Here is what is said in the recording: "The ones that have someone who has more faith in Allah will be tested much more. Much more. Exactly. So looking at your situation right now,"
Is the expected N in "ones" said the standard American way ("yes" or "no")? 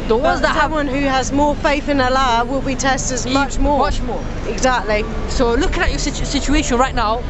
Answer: no